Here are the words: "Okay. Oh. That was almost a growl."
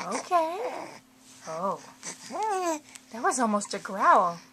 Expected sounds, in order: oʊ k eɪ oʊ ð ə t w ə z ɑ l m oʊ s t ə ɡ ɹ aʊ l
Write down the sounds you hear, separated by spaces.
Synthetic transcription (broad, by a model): oʊ k eɪ oʊ ð ə t w ə z ɑ l m oʊ s t ə ɡ ɹ aʊ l